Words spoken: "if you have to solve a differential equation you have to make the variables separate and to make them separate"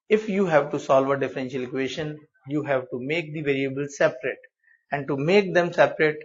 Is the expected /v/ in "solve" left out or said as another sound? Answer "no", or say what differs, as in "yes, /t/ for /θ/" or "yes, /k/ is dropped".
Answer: no